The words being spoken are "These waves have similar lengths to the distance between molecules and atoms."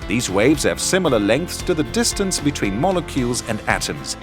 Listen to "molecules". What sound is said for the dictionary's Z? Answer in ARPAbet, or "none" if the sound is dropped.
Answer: Z